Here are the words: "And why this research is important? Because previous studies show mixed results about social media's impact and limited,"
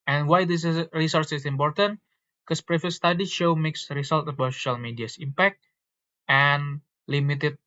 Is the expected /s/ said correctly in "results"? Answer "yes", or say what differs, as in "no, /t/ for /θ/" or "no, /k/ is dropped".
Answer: no, /s/ is dropped